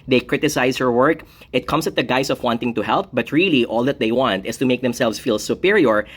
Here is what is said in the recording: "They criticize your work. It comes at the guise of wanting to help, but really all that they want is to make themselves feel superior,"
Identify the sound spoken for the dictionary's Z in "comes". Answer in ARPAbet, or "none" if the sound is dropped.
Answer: S